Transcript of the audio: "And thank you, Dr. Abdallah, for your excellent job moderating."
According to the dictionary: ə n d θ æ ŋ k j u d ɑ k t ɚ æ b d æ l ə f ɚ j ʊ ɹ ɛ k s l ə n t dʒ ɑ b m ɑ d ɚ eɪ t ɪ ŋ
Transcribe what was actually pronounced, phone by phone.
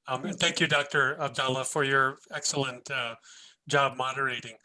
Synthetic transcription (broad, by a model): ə n θ æ ŋ k j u d ɑ k t ɚ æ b d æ l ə f ɚ j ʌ ɹ ɛ k s l ə n t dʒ ɑ b m ɑ d ɚ eɪ t ɪ ŋ